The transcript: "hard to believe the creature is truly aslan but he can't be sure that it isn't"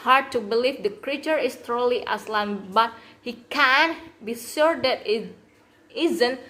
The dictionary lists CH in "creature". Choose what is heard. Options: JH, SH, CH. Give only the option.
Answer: CH